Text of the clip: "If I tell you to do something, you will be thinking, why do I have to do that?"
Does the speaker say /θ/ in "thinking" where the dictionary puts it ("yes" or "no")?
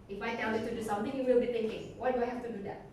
no